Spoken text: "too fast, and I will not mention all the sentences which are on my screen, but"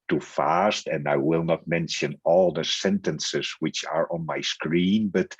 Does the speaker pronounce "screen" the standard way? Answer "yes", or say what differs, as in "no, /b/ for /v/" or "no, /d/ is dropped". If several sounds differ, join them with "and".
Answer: yes